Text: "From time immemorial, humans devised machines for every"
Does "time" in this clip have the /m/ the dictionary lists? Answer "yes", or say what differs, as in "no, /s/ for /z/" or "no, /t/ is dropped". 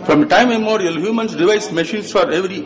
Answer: no, /m/ is dropped